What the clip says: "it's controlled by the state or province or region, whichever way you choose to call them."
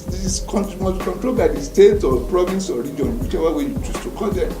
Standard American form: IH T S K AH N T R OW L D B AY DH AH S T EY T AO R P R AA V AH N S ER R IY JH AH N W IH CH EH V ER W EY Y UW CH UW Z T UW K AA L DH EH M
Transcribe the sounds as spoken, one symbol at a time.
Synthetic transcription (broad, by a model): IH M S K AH N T R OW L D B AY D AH S T EY T AO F P R AA V AH N S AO R IY JH AH N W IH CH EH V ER W EY Y UW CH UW S T UW K AA L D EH